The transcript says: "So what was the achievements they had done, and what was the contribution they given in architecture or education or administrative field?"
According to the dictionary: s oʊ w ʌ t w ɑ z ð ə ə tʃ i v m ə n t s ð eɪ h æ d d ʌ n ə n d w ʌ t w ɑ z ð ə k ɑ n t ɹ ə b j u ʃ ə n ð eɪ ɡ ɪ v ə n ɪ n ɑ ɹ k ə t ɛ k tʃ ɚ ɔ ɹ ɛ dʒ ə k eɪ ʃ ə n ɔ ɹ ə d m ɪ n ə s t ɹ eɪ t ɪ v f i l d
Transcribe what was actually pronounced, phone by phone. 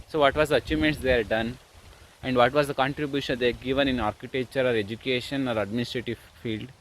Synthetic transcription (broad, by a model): s oʊ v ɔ t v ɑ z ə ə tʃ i m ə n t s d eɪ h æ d d ʌ n ə n d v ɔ t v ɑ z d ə k ɑ n t ɹ ə b j u ʃ ə n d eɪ ɡ ɪ v ə n ɪ n ɑ ɹ k ə t ɛ k tʃ ɚ ɔ ɹ ɛ dʒ ə k eɪ ʃ ə n ɔ ɹ ə d m ɪ n ə s t ɹ eɪ t ɪ v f i l d